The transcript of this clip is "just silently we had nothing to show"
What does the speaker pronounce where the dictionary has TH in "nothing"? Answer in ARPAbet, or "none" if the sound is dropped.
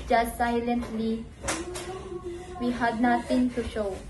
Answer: T